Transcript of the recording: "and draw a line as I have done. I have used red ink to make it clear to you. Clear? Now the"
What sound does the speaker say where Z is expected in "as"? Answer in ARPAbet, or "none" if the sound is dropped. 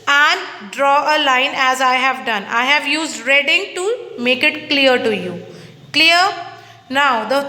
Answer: Z